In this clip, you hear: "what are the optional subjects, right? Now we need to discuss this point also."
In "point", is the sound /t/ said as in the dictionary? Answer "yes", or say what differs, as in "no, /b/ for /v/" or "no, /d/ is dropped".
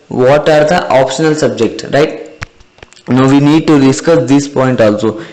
yes